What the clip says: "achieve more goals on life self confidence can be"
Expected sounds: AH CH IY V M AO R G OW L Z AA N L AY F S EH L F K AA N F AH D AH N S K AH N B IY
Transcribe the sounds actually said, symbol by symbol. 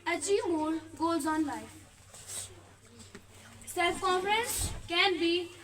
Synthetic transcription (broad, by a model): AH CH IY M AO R G OW Z AA N L AY F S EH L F K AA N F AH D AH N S K AH N B IY